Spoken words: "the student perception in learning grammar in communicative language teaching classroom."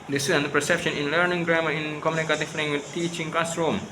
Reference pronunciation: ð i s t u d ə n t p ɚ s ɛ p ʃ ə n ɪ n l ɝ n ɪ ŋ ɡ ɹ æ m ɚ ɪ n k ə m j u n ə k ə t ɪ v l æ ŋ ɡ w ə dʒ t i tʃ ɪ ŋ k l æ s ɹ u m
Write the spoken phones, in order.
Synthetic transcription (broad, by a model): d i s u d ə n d p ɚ s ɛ p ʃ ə n ɪ n l ɝ n ɪ ŋ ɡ ɹ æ m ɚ ɪ n k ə m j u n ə k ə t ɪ f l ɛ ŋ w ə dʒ t i tʃ ɪ ŋ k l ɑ s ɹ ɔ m